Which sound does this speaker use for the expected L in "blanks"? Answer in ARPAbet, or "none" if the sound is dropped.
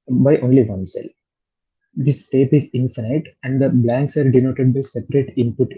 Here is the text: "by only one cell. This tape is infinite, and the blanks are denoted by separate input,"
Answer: L